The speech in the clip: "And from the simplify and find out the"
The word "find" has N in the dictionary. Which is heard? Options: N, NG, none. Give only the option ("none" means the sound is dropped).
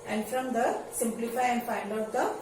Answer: none